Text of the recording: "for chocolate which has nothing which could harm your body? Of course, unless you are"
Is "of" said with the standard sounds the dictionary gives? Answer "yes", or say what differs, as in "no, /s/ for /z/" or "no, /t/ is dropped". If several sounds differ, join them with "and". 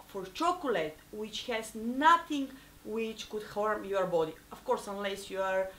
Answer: no, /f/ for /v/